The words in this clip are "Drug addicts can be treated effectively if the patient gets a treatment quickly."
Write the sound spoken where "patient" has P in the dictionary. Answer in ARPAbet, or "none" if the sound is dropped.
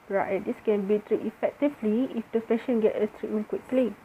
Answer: F